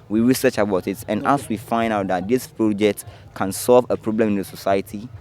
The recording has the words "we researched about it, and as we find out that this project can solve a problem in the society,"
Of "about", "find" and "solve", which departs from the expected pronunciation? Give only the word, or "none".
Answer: none